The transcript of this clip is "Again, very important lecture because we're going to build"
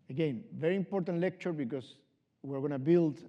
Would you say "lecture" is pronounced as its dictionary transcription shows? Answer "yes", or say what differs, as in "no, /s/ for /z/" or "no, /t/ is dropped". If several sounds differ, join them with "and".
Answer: yes